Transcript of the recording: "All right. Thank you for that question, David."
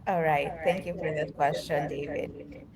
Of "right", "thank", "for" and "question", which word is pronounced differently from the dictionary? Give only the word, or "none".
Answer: thank